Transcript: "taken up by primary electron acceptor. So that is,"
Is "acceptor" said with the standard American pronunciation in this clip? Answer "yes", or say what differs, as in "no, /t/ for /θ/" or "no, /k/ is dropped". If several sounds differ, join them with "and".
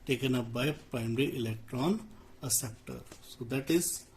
no, /k/ is dropped